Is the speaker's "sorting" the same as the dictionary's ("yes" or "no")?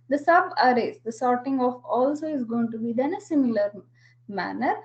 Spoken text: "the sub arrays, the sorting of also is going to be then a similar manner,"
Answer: yes